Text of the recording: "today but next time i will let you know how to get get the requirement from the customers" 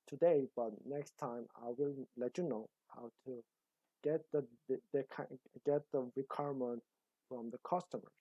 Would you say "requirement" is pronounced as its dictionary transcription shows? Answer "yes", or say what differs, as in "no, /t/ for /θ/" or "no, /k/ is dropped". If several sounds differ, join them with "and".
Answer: yes